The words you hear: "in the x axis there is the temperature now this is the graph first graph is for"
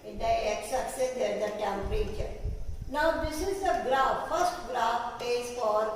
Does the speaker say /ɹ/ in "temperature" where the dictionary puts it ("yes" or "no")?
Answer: yes